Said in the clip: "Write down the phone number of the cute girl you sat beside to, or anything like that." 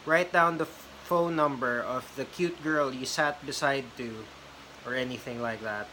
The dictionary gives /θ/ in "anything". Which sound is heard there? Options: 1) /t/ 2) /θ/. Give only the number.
2